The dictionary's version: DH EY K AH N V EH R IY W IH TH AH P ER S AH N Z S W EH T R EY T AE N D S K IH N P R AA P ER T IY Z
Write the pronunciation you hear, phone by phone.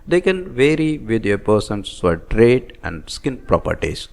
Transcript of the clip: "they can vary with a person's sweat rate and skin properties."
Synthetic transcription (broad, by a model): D EY K AH N V EH R IY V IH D AH P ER S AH N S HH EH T R EY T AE N D S K IH N P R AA P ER T IY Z